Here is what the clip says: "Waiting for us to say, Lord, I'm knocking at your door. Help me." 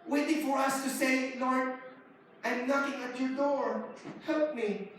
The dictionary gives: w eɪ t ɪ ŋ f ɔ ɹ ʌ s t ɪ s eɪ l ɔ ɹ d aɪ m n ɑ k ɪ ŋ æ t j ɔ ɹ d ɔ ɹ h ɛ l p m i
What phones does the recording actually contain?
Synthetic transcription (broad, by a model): w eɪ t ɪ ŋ f ɔ ɹ ʌ s t ɪ s eɪ l ɔ ɹ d aɪ m l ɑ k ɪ ŋ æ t j ɔ ɹ d ɔ ɹ h ɛ l p m i